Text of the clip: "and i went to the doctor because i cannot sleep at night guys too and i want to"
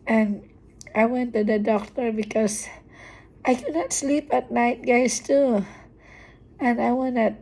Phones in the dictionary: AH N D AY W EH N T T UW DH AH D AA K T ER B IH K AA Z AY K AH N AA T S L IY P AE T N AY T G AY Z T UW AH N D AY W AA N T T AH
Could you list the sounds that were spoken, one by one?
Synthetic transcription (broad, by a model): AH N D AY W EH N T T UW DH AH D AA K T ER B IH K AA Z AY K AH N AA T S L IY P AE T N AY T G AY S T UW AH N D AY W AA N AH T